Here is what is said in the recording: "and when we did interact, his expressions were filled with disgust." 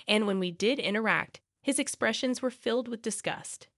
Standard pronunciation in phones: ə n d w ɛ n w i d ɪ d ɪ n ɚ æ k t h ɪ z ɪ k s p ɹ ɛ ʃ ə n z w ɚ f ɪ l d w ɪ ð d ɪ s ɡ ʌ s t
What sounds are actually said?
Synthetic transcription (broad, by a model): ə n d w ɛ n w i d ɪ d ɪ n ɚ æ k t h ɪ z ɪ k s p ɹ ɛ ʃ ə n z w ɚ f ɪ l d w ɪ ð d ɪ s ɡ ʌ s t